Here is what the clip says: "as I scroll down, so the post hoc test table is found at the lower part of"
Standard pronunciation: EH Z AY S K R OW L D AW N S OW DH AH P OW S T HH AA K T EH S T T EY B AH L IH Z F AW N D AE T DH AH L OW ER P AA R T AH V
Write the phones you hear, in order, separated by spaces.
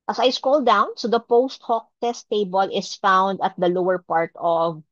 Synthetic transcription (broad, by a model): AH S AY S K OW L D AW N S OW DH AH P OW S T HH AA K T EH S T T EY B AH L IH S F AW N D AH T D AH L OW ER P AA R T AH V